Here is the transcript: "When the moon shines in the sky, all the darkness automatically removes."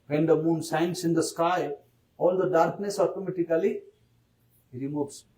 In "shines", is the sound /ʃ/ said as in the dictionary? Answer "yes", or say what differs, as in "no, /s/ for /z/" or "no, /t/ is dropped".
no, /s/ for /ʃ/